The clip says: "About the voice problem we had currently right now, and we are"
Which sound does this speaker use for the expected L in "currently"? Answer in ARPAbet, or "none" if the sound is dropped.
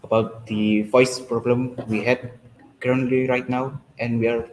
L